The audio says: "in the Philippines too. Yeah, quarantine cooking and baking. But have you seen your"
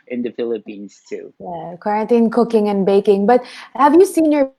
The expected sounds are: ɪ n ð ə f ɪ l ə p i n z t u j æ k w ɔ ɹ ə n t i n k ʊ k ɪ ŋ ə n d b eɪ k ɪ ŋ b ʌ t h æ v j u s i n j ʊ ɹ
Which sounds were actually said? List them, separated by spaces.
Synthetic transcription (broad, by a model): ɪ n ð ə f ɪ l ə p i n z t u j æ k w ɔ ɹ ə n t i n k ʊ k ɪ ŋ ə n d b eɪ k ɪ ŋ b ʌ t h æ v j u s i n j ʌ ɹ